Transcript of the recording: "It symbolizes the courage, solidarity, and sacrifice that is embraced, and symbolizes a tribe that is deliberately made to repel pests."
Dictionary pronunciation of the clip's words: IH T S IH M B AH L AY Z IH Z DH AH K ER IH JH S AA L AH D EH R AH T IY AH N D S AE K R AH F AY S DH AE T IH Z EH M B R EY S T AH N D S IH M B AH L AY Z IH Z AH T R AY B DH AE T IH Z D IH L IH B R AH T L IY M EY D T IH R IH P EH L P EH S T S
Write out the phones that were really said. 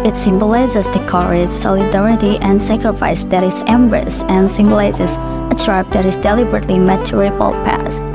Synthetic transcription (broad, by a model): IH T S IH M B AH L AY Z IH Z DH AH K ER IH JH S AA L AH D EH R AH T IY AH N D S AE K R AH F AY S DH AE T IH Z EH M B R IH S AH N S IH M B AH L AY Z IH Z AH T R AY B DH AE T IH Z D IH L IH B R AH T L IY M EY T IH R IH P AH L P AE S S